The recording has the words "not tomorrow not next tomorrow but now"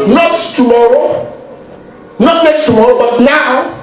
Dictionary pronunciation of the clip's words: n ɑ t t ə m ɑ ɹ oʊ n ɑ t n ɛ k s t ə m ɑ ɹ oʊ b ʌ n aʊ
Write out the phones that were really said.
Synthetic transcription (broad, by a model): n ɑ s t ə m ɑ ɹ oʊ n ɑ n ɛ s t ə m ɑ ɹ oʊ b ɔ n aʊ